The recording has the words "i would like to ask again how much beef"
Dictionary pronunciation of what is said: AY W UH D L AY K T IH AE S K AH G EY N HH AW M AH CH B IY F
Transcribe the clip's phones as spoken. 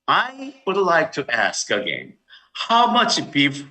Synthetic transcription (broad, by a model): AY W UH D L AY K T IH AE S K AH G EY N HH AW M AH CH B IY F